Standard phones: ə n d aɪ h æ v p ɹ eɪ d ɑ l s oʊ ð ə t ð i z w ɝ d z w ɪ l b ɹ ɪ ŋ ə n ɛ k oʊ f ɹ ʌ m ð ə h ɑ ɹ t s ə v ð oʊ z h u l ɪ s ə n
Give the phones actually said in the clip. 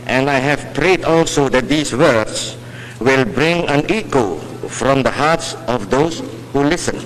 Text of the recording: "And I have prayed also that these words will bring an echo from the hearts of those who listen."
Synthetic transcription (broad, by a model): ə n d aɪ h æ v p ɹ eɪ d ɑ l s oʊ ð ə t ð i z w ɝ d s w ɪ l b ɹ ɪ ŋ ə n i k oʊ f ɹ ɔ m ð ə h ɑ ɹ t s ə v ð oʊ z h u l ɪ s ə n